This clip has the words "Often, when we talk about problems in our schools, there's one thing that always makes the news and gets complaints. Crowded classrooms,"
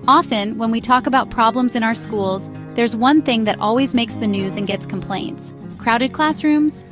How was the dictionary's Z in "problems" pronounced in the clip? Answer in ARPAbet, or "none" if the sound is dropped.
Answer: Z